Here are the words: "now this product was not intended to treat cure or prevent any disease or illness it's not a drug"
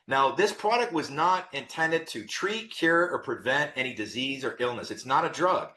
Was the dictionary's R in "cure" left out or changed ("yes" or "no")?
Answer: no